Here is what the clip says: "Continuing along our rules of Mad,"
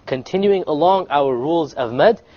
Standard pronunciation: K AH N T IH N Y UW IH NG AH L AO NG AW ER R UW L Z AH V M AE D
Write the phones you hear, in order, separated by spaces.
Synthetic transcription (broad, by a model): K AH N T IH N Y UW IH NG AH L AO NG AW ER R UW L Z AH V M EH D